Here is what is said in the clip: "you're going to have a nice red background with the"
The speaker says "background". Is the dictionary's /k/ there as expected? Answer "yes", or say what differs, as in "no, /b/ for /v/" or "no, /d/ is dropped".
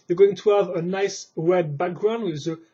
yes